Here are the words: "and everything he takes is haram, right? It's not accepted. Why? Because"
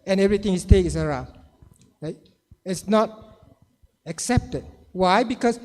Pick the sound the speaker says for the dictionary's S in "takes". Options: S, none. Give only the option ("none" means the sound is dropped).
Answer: none